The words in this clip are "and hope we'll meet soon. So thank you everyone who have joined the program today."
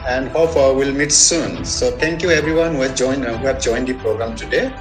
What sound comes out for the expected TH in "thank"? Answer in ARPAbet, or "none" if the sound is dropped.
T